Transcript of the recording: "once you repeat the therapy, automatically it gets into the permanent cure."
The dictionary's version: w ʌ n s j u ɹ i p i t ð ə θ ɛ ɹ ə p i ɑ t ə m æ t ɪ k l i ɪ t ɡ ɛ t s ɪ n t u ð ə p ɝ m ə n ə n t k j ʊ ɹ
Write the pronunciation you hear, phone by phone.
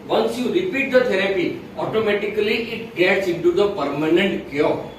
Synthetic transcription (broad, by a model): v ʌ n s j u ɹ i p i t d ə t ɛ ɹ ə p i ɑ t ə m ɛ t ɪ k l i ɪ t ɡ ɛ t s ɪ n t u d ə p ɝ m ə n ə n t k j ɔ